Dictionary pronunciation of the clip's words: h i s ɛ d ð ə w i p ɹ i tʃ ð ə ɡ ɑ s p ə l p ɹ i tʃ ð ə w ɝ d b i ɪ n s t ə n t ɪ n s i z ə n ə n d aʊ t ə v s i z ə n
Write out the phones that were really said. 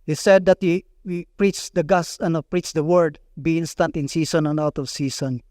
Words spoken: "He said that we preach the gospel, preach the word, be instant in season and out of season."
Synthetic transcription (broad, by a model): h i s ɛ d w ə w i p ɹ i tʃ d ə ɡ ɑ s ə n p ɹ i tʃ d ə w ɝ d b i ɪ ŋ s t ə n t ɪ n s i s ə n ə n aʊ t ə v s i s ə n